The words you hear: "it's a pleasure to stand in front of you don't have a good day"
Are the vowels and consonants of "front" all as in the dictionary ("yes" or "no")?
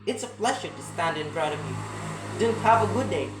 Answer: no